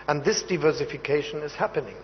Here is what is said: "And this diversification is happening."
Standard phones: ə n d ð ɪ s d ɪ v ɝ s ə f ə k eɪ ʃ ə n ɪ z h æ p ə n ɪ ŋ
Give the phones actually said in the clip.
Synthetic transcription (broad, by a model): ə n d ð ɪ s d ɪ v ɝ s ə f ə k eɪ ʃ ə n ɪ z h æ p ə n ɪ ŋ